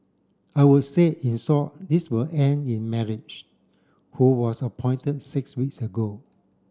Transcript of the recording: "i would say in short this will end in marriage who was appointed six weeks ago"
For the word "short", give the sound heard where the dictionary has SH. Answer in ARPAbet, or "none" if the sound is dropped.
S